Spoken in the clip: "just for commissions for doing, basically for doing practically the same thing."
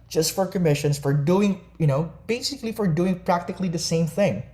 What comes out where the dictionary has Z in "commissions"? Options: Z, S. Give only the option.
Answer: S